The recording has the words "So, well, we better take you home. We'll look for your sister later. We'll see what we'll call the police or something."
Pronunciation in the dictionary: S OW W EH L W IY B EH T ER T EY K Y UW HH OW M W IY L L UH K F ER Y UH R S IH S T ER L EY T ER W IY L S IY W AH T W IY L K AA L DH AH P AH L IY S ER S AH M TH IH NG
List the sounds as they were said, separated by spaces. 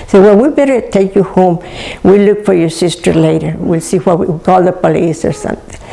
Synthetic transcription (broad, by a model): S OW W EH N W IY B EH T ER T EY K Y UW HH OW M W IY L L UH K F ER Y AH R S IH S T ER L EY T ER W IY L S IY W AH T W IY W K AA L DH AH P AH L IY S ER S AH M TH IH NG